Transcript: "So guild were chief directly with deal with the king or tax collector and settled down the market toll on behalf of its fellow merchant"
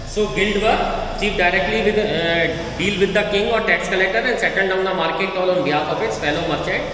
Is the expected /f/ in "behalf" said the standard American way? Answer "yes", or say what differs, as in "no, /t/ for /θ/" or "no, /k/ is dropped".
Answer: no, /f/ is dropped